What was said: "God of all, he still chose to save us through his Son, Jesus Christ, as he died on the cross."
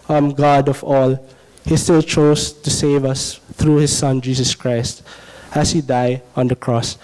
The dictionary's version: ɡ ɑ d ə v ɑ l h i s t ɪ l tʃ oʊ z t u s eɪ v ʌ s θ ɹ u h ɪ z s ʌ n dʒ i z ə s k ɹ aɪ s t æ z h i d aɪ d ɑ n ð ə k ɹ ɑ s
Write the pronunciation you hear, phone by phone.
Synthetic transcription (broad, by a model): ɡ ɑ d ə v ɑ l h i s t ɪ l tʃ oʊ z t u s eɪ v ʌ s t ɹ u h ɪ z s ʌ n dʒ i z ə s k ɹ aɪ s t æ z h i d aɪ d ɑ n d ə k ɹ ɑ s